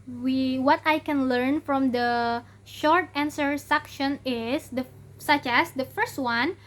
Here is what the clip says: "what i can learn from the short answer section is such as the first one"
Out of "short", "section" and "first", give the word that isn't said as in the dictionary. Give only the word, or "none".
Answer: none